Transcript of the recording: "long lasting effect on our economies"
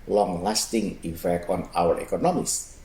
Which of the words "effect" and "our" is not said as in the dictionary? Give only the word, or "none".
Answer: effect